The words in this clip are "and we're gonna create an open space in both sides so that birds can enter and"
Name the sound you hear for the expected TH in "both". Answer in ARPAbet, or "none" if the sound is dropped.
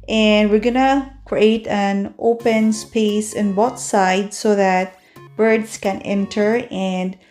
T